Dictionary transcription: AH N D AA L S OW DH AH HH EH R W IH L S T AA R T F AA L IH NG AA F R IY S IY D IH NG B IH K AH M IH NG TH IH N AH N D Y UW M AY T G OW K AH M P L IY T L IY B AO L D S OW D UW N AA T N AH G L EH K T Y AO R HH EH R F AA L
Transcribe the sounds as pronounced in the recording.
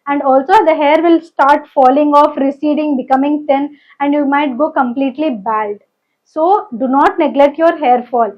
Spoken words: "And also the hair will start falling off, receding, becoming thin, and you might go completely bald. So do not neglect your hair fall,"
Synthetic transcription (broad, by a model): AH N D AA L S OW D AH HH EH R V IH L S T AA R T F AA L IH NG AA F R IY S IY D IH NG B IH K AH M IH NG T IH N AH N D Y UW M AY T G OW K AH M P L IY T L IY B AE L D S OW D UW N AA T N AH G L EH K T Y AO R HH EH R F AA L